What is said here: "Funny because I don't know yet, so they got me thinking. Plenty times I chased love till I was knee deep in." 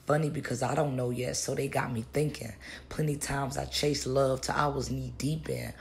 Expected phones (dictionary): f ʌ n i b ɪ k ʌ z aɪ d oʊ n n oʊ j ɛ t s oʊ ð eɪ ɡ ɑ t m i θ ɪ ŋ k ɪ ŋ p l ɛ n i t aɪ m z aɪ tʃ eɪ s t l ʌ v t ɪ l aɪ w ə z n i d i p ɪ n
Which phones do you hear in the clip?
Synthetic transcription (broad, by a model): f ʌ n i b ɪ k ʌ z aɪ d oʊ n n oʊ j ɛ t s oʊ ð eɪ ɡ ɑ t m i θ ɪ ŋ k ɪ ŋ p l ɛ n i t aɪ m z aɪ tʃ eɪ s l ʌ v t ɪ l aɪ w ə z n i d i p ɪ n